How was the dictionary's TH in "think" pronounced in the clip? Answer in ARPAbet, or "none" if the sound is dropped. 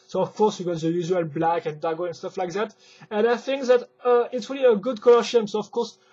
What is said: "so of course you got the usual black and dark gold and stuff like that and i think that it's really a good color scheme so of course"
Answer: TH